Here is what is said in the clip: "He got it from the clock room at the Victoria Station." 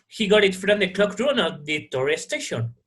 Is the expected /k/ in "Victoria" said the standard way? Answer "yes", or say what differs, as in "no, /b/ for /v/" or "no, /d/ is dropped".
no, /k/ is dropped